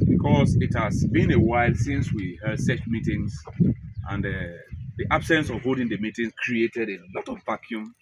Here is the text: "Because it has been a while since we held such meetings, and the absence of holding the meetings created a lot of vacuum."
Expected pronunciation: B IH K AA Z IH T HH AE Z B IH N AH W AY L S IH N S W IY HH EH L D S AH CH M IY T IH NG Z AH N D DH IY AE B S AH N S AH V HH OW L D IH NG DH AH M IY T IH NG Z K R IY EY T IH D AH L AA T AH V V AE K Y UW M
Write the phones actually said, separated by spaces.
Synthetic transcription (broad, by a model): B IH K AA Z IH T HH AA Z B IH N AH W AY L S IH N S W IY HH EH D S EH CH M IY T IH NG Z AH N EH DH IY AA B S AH N S AH V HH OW D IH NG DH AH M IY T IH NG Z K R IY EY T IH D AH L AA T AH V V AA K Y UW M